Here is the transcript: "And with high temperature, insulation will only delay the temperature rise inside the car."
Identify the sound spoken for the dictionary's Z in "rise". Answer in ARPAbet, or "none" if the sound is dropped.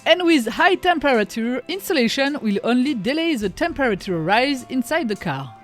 Z